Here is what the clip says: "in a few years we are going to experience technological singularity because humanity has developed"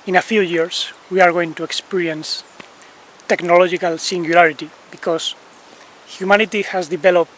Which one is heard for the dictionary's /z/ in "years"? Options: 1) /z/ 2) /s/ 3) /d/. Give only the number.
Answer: 2